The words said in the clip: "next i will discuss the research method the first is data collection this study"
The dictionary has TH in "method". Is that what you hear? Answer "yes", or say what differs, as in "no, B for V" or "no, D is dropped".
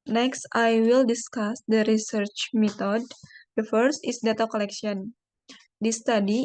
no, T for TH